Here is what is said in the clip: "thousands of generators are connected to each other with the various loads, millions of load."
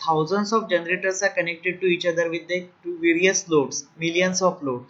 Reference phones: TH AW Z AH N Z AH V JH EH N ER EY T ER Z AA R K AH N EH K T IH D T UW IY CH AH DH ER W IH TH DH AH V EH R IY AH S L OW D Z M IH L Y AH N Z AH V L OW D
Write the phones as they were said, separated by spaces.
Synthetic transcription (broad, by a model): AW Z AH N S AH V JH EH N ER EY T ER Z AA R K AH N EH K T IH D T UW IY CH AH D ER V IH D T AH V EH R IY AH S L OW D S M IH L Y AH N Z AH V L OW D